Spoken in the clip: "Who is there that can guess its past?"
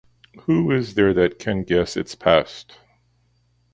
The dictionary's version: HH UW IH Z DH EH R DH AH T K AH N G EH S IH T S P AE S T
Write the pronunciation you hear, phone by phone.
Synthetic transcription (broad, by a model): HH UW IH Z DH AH R DH AH T K AH N G EH S IH T S P AE S T